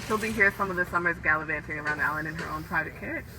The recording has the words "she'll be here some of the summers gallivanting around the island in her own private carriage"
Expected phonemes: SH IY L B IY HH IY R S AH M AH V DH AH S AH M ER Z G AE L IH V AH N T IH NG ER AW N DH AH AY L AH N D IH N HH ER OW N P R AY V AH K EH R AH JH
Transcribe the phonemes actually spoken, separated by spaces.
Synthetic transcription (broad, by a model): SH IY L B IY HH IY R S AH M AH V DH AH S AH M ER Z G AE L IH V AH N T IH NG ER AW N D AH L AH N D IH N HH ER OW N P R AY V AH K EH R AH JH